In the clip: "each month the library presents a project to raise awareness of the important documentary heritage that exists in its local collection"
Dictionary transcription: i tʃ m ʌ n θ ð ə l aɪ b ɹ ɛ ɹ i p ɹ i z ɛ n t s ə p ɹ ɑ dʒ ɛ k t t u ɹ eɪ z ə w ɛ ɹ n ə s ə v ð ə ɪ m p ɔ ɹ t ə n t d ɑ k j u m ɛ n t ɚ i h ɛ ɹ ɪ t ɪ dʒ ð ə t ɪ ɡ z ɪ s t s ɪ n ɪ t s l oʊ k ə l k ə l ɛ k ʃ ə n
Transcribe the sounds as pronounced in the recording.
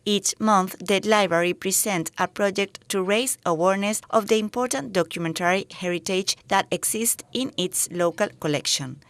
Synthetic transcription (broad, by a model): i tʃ m ʌ n θ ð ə l aɪ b ɹ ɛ ɹ i p ɹ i s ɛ n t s ə p ɹ ɑ dʒ ɛ k t t u ɹ eɪ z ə w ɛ ɹ n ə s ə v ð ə ɪ m p ɔ ɹ t ə n t d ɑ k j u m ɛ n t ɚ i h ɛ ɹ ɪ t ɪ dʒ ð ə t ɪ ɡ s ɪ s t ɪ n ɪ t s l oʊ k ə l k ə l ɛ k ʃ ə n